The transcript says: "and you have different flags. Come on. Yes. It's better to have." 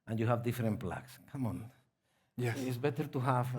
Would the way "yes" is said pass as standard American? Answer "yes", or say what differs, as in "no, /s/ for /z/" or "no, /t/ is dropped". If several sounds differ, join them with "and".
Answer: no, /s/ is dropped